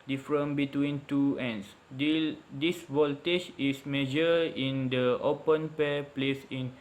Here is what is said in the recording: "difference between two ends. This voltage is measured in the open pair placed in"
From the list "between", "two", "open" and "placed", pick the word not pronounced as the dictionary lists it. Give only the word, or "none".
placed